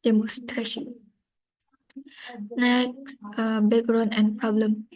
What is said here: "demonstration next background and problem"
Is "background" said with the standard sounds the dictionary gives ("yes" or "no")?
no